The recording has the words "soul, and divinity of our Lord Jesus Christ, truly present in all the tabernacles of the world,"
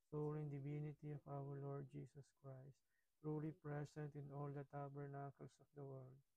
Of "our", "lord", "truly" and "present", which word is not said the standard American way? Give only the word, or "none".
present